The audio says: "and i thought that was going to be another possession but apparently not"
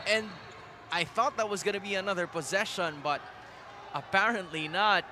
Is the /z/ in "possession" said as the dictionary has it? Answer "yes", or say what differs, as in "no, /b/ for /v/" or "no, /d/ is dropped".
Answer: yes